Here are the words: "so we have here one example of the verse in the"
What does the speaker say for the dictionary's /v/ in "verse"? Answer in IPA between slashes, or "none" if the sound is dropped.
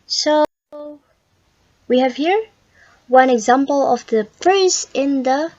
/p/